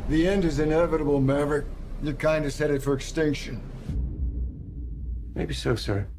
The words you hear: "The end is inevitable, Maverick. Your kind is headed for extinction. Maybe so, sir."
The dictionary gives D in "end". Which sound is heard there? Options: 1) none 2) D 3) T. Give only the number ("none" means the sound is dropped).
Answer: 2